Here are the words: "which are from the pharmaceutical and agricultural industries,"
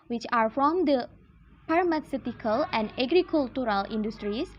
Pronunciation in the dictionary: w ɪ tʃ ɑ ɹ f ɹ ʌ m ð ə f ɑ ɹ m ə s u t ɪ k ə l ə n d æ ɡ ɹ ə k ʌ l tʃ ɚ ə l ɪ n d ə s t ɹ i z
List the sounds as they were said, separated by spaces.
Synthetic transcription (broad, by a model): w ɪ tʃ ɑ ɹ f ɹ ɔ m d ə p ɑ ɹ m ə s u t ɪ k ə l ə n d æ ɡ ɹ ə k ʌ l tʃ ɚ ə l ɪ n d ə s t ɹ i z